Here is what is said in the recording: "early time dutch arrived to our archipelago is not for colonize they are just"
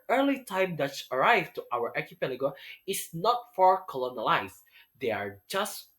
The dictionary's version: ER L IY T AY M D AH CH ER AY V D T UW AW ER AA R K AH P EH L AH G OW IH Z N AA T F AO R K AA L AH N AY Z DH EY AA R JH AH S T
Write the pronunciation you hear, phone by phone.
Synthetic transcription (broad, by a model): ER L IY T AY M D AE S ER AY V T UW AW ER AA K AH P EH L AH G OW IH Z N AA T F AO R K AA L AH N AY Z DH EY AA R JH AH S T